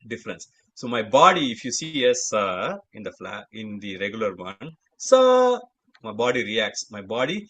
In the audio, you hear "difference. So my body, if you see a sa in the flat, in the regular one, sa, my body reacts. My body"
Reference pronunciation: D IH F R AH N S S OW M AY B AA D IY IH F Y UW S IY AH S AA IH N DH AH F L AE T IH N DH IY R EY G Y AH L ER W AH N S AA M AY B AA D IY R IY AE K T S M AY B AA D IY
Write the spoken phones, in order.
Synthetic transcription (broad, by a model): D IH F R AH N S S OW M AY B AA D IY IH F Y UW S IY AH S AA IH N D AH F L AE IH N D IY R EY G Y AH L ER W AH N S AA M AY B AA D IY R IY AE K T S M AY B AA D IY